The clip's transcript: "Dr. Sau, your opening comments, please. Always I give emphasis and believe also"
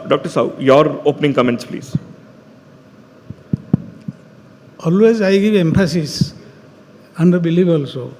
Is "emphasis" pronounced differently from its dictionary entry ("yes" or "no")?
yes